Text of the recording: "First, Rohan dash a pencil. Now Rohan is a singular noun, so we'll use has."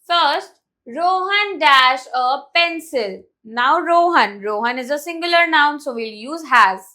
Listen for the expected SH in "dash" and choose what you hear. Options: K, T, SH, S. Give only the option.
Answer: SH